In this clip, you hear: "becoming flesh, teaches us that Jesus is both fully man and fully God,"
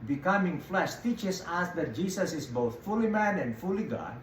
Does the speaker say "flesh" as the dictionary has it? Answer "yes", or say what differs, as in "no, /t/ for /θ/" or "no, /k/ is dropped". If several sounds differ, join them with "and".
yes